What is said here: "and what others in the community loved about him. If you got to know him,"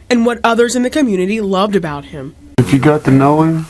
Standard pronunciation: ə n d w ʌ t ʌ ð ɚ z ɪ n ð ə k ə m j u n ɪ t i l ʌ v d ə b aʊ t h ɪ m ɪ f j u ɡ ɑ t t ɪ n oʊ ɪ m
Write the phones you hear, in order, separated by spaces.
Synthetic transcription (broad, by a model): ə n w ʌ t ʌ ð ɚ z ɪ n ð ə k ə m j u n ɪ t i l ʌ v d ə b aʊ t h ɪ m ɪ f j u ɡ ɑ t t ɪ n oʊ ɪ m